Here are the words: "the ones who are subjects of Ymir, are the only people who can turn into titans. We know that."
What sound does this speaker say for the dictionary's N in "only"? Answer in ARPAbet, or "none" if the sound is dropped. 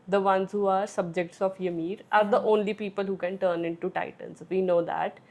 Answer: N